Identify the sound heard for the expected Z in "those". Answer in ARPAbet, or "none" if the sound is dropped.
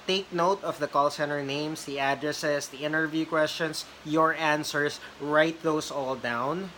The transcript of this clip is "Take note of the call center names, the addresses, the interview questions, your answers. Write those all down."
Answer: S